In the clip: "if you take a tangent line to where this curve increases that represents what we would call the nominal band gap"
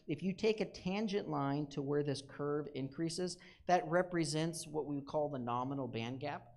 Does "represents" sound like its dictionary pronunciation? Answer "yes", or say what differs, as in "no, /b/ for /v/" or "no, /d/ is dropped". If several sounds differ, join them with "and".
yes